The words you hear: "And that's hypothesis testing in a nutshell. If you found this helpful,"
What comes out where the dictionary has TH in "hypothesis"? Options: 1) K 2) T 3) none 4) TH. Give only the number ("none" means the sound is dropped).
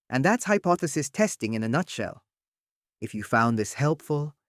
4